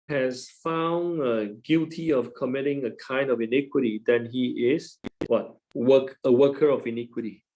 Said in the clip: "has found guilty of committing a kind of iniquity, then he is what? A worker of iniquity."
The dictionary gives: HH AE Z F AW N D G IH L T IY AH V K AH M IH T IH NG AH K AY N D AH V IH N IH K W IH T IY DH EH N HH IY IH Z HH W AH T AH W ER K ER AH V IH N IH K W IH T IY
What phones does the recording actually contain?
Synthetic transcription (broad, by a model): HH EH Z F AW N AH G IH L T IY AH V K AH M IH T IH NG AH K AY N D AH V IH N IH K W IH T IY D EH N HH IY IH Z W W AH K AH W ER K ER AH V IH N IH K W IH T IY